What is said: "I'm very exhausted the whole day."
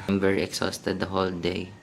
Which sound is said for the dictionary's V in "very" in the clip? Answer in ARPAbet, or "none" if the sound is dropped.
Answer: B